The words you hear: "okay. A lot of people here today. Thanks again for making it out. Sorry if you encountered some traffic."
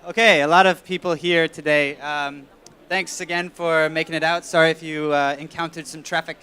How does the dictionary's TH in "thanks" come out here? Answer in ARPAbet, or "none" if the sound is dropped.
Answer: TH